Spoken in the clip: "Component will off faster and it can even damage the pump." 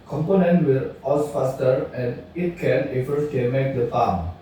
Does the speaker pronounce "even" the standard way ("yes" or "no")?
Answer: no